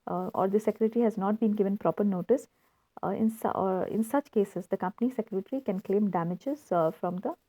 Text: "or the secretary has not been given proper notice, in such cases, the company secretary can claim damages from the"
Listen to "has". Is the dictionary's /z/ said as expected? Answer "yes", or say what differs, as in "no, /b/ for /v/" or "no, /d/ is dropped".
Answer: yes